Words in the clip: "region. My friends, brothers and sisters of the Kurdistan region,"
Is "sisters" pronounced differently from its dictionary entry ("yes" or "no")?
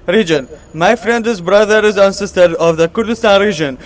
yes